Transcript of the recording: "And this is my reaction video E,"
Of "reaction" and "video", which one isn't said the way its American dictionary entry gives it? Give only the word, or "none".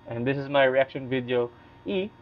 none